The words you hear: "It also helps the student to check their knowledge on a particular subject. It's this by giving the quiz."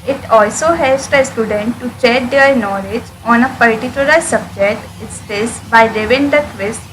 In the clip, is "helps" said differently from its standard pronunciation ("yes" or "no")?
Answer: yes